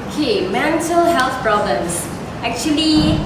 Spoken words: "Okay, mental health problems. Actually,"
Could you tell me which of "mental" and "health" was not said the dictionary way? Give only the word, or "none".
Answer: health